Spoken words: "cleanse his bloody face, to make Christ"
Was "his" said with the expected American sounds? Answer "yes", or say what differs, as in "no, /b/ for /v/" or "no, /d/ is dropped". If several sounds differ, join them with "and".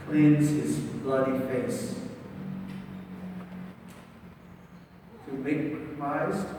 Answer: yes